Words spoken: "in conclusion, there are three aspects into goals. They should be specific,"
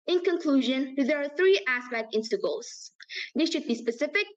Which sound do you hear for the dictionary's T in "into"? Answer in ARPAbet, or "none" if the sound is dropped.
S